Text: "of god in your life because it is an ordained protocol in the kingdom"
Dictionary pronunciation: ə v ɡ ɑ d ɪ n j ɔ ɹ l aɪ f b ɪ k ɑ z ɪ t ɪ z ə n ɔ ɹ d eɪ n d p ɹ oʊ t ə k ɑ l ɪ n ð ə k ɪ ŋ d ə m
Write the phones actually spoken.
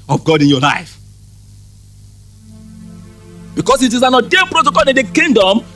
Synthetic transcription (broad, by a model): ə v ɡ ɑ d ɪ n j ɔ l aɪ f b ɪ k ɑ s ɪ t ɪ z ə n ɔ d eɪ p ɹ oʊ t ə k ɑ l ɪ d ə k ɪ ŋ d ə m